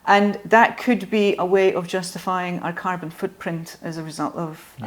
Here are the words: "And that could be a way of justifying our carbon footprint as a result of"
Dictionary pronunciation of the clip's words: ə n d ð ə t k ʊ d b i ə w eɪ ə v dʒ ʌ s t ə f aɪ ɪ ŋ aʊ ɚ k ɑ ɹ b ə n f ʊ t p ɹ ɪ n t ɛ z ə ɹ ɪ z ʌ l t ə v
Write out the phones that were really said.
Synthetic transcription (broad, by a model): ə n ð ə t k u d b i ə w eɪ ə v dʒ ʌ s t ə f aɪ ɪ ŋ aʊ ɚ k ɑ ɹ b ə n f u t p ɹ ɪ n t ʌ z ə ɹ ɪ z ʌ l t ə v